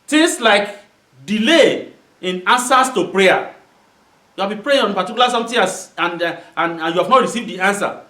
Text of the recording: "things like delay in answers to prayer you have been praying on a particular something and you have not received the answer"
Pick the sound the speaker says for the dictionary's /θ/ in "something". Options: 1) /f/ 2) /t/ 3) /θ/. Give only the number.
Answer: 2